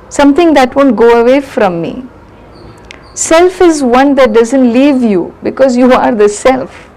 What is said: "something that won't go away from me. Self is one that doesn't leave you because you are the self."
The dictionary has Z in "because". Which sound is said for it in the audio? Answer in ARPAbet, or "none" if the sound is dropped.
Z